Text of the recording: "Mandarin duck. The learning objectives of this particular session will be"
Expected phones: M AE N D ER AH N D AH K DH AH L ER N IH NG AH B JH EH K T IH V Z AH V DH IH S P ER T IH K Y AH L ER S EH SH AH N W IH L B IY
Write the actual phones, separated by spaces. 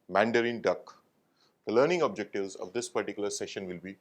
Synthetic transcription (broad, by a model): M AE N D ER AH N D AH K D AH L ER N IH NG AH B JH EH K T IH V Z AH V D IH S P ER T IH K Y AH L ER S EH SH AH N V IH L B IY